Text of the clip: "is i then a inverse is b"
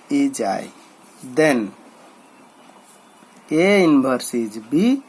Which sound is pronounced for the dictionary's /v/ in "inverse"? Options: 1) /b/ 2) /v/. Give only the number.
1